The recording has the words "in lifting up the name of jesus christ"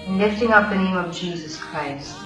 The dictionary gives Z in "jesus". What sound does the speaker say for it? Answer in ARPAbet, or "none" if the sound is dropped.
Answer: Z